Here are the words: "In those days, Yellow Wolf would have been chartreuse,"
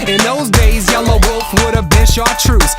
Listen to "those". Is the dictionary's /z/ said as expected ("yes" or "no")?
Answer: yes